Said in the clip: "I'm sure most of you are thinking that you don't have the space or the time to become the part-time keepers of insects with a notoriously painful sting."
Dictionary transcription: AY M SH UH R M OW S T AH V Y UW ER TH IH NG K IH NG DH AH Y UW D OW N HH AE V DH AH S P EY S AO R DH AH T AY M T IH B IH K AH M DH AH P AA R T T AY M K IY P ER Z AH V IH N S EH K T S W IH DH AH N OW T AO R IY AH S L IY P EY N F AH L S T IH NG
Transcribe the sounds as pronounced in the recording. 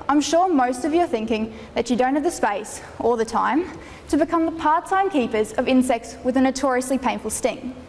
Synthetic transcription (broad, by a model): AY M SH UH R M OW S T AH V Y ER TH IH NG K IH NG DH AH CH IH D OW N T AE V DH AH S P EY S AO L DH AH T AY M T IH B IH K AH M DH AH P AA R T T AY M K IY P ER Z AH V IH N S EH K T S W IH DH AH N OW T AO R IY AH S L IY P EY N F AH L S T IH NG